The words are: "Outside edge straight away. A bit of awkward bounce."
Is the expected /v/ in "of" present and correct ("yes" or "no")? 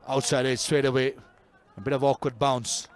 yes